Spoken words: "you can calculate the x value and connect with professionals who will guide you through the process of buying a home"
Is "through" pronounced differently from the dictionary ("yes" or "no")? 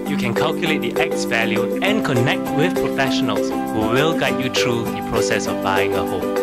yes